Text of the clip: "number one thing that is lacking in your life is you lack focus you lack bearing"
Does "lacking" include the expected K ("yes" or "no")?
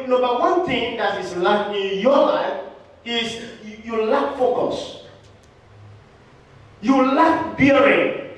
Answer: no